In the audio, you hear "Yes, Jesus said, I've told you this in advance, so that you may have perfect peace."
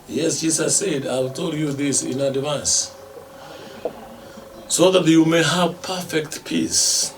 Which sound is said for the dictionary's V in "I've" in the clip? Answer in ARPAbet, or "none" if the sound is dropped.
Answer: W